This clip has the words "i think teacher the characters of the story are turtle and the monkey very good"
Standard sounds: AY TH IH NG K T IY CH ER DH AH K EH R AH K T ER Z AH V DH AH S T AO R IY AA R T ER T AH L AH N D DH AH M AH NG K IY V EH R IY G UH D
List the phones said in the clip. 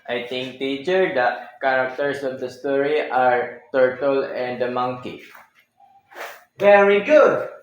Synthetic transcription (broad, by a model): AY T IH NG K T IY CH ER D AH K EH R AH K T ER S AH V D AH S T AO R IY AA R T ER T AH L AH N D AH M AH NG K IY V EH R IY G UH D